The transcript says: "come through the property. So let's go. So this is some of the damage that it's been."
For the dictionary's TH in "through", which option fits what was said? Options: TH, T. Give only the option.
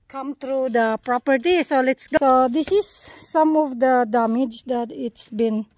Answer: T